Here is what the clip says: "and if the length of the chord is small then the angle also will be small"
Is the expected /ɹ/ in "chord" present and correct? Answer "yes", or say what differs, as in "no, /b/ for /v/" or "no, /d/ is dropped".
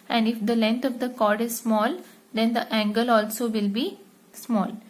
yes